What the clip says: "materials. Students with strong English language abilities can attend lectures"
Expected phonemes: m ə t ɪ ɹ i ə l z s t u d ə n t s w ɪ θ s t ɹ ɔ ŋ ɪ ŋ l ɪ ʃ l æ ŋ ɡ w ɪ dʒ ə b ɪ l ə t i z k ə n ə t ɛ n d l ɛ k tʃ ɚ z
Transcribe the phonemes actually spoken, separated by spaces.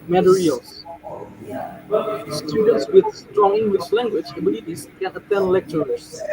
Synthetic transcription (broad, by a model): m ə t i ɹ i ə l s s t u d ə n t s w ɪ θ s t ɹ ɔ ŋ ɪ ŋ w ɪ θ l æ ŋ ɡ w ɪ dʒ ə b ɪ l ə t i s k ə n ə t ɛ n d l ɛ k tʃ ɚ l